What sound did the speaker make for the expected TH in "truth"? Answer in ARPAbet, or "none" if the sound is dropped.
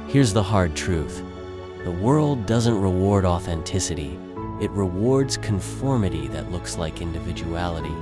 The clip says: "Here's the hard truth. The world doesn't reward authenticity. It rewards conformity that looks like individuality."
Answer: TH